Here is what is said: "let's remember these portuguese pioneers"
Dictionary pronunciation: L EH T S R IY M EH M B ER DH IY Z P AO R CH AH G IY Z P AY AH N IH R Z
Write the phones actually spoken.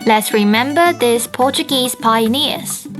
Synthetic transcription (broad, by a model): L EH T S R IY M EH M B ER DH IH S P AO CH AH G IY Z P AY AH N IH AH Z